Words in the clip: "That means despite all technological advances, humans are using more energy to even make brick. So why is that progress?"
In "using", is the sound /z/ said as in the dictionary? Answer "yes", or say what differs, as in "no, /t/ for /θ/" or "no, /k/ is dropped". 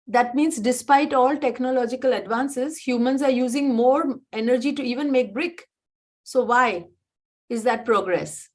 yes